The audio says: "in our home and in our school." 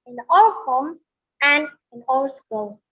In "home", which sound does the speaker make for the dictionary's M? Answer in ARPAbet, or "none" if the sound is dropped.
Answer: M